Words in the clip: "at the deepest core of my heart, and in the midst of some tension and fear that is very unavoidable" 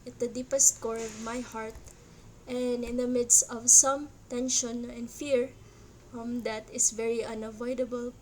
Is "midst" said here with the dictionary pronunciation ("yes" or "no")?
yes